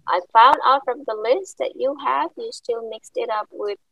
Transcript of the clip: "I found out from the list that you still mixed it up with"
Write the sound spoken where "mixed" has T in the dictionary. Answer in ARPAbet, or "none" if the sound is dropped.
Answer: T